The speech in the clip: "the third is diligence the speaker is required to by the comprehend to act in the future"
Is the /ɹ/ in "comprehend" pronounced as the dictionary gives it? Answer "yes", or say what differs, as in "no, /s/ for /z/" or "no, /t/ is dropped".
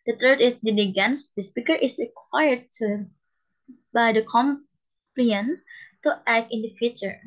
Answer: no, /l/ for /ɹ/